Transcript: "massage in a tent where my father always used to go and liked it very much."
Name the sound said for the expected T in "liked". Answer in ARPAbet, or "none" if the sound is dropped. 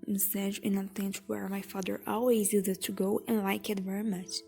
none